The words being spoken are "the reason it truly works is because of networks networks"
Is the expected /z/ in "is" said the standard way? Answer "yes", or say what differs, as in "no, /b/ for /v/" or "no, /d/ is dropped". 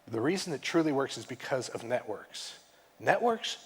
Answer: yes